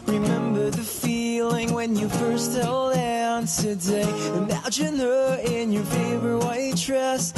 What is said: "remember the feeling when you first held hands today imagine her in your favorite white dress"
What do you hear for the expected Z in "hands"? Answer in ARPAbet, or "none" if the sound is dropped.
none